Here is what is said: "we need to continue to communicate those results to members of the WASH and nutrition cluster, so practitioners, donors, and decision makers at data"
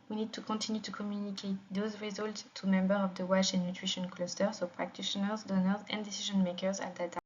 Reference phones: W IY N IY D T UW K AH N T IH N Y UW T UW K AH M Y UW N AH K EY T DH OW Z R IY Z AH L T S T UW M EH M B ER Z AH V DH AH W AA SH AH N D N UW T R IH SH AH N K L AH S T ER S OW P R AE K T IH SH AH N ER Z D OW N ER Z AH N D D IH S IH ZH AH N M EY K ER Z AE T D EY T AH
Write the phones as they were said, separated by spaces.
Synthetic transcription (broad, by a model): W IY N IY D T UW K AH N T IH N Y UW T UW K AH M Y UW N AH K EY T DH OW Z R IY Z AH L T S T UW M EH M B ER AH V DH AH W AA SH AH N N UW T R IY SH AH N K L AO S T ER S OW P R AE K T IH SH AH N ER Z D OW N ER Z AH N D D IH S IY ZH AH N M EY K ER Z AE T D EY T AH